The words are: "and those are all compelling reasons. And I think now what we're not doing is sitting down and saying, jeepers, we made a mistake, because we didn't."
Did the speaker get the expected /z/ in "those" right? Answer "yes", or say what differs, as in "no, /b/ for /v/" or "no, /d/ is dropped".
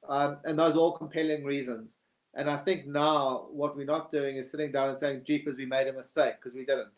yes